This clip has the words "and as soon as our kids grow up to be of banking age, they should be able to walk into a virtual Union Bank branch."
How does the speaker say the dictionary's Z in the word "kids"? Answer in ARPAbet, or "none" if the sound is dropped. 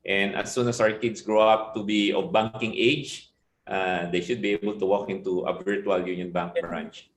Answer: S